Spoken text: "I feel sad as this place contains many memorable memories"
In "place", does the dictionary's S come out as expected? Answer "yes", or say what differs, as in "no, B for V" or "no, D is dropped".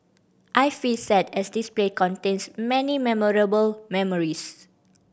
no, S is dropped